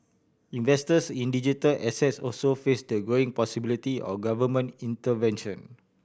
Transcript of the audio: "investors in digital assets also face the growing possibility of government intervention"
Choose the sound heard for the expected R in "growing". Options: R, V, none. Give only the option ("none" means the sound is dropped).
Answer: none